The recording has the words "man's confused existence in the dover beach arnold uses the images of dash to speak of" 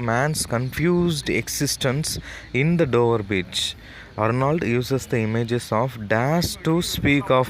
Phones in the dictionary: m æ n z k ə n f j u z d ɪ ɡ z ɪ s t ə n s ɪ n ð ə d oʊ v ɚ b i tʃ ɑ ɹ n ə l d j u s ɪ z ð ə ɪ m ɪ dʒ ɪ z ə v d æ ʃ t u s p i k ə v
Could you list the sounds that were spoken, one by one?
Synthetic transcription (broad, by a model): m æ n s k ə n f j u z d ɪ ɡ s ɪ s t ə n s ɪ n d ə d oʊ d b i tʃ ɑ ɹ n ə l d j u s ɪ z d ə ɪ m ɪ dʒ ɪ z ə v d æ s t u s p i k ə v